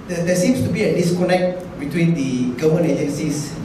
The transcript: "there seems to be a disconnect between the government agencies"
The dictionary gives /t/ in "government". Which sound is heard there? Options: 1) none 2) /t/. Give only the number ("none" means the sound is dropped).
1